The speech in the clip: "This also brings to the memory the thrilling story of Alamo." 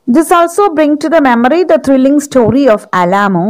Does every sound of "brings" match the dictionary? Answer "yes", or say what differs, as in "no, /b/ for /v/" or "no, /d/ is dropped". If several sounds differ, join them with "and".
no, /z/ is dropped